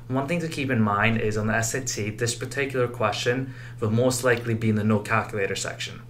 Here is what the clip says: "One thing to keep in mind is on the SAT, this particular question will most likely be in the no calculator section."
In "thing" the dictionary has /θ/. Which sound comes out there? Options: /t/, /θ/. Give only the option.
/θ/